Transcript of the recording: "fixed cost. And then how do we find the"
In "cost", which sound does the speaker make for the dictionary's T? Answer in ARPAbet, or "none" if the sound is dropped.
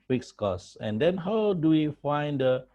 none